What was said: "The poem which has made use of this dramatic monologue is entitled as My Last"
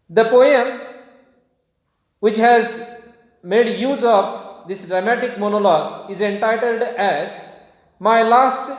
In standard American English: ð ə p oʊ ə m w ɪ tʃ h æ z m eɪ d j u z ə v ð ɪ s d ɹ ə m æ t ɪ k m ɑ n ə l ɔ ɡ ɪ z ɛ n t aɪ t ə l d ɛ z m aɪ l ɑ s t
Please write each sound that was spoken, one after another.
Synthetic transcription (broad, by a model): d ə p oʊ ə m w ɪ tʃ h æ z m eɪ d j u z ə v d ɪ s d ɹ ə m æ t ɪ k m ɑ n ə l ɔ ɡ ɪ z ɛ n t aɪ t ə l d ɛ z m aɪ l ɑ s t